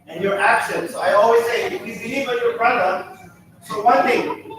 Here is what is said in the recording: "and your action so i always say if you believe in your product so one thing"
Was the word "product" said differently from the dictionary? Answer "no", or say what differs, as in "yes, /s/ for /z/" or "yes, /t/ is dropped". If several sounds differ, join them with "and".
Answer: yes, /b/ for /p/